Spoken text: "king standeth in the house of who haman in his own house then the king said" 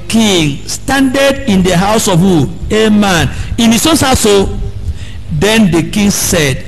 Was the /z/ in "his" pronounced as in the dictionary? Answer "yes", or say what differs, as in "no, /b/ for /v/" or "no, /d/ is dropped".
no, /s/ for /z/